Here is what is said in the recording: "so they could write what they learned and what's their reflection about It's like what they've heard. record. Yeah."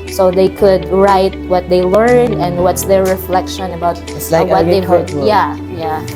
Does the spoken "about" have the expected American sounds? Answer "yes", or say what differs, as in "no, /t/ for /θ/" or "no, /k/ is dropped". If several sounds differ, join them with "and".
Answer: no, /t/ is dropped